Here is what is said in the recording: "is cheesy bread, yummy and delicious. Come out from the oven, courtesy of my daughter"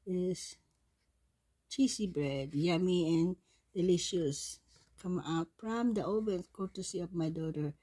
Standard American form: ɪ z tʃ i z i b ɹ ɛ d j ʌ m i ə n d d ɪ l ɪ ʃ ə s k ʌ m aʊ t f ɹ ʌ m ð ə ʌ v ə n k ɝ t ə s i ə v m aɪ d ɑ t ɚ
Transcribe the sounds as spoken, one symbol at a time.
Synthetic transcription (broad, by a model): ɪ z tʃ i s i b ɹ ɛ d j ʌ m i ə n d d ɪ l ɪ ʃ ə s k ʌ m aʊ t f ɹ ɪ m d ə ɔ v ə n k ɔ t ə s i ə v m aɪ d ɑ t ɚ